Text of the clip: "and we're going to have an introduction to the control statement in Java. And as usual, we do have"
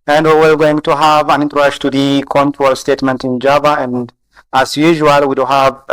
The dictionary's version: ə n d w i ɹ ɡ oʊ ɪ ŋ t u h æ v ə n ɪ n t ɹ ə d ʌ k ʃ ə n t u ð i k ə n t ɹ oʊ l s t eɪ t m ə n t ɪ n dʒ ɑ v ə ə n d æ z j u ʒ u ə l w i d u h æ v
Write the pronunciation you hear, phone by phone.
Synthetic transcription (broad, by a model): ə n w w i l ɡ oʊ ɪ ŋ t u h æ v ə n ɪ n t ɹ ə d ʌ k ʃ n t u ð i k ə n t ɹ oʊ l s t eɪ t m ə n t ɪ n dʒ ɑ v ə ə n d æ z j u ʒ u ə l w i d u h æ v